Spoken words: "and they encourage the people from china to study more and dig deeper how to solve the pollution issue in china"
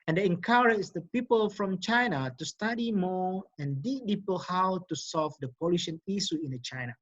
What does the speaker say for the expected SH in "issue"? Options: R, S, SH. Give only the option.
S